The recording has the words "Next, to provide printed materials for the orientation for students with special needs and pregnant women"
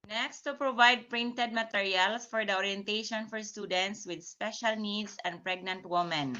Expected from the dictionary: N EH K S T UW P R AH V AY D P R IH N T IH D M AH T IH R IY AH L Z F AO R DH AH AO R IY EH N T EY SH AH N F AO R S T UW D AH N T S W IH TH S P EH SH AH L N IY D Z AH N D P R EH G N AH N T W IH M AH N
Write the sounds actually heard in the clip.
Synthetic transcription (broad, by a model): N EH K S T UW P R AH V AY D P R IH N T IH D M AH T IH R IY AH L S F AO R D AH AO R IY EH N T EY SH AH N F AO R S T UW D AH N T S W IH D S P EH SH AH L N IY D S AH N D P R EH G N AH N T W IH M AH N